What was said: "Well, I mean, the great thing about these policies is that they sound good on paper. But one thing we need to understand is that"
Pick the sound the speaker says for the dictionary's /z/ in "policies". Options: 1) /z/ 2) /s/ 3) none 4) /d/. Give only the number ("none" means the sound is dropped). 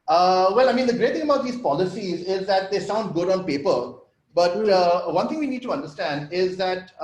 1